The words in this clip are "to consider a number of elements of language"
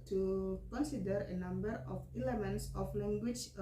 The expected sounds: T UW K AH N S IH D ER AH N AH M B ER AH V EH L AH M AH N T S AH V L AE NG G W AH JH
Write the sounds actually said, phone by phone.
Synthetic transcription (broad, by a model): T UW K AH N S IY D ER AH N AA M B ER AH F EH L AH M AH N T S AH F L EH NG G W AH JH